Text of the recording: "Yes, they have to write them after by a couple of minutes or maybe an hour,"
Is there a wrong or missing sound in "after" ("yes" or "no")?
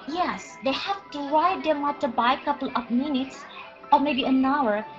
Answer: yes